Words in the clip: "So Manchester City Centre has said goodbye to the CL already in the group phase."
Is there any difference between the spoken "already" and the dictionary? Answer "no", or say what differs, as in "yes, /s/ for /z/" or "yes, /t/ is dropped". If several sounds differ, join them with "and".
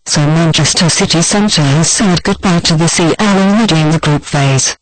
yes, /n/ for /l/